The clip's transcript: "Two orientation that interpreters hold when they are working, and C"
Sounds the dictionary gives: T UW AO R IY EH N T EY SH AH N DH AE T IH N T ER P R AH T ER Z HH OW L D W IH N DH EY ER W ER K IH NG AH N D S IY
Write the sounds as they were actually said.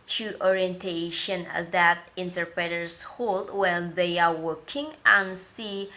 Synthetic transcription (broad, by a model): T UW AO R IY EH N T EY SH AH N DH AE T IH N T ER P R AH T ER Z HH OW L D W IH L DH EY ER W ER K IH NG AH N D S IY